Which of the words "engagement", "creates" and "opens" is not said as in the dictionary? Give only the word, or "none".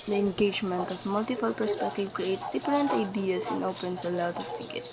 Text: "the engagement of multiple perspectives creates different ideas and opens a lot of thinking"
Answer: opens